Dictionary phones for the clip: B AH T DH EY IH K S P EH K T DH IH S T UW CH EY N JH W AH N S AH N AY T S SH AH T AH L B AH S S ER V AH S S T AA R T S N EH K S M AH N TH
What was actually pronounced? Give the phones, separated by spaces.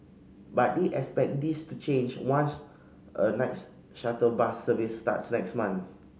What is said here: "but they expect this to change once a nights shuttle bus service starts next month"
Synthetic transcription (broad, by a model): B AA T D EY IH K S P EH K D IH S T UW CH EY N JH W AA N S AH N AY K S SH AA T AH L B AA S S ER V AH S S T AA T S N EH K S M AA N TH